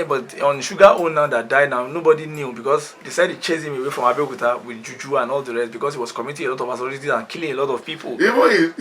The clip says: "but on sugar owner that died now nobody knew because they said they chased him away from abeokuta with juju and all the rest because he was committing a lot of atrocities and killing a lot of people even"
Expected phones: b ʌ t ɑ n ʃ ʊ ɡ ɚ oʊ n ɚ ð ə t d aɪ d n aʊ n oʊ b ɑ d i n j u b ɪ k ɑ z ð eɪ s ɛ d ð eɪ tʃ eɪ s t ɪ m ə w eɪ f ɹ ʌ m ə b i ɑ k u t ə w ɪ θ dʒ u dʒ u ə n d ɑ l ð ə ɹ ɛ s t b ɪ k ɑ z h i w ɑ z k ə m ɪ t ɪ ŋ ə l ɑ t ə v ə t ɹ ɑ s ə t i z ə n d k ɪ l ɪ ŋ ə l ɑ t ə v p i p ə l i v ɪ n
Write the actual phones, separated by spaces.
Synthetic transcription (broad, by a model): b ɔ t ɑ n ʃ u ɡ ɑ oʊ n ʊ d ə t d aɪ d n aʊ n oʊ b ɑ d i n j u b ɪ k ɑ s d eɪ s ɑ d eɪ tʃ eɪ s ɪ m ə w eɪ f ɹ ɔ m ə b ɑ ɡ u t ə w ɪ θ dʒ u dʒ u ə n ɑ l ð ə ɹ ɛ s t b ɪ k ɑ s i w ɑ s k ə m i t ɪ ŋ ə l ɑ t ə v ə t ɑ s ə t i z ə n k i l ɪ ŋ ə l ɑ t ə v p i p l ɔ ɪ